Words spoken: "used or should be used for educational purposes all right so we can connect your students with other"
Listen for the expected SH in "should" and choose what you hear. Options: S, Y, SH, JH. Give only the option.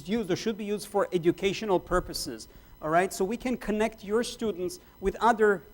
SH